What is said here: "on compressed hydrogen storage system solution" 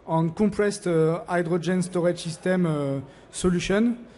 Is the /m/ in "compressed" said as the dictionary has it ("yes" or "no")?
no